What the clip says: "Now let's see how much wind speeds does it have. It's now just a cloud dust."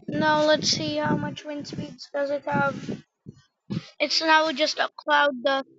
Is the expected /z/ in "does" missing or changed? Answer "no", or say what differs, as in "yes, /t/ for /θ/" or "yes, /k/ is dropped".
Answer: no